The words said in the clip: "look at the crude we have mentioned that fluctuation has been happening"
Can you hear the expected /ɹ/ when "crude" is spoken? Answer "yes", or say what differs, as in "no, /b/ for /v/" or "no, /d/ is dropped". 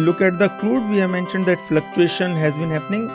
no, /l/ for /ɹ/